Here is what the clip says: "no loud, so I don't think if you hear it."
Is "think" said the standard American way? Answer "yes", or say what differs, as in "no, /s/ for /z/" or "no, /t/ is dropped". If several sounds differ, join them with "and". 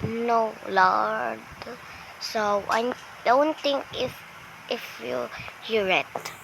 no, /t/ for /θ/